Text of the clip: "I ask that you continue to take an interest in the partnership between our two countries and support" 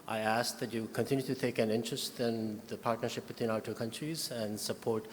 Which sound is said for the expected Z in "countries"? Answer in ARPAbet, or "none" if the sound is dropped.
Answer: Z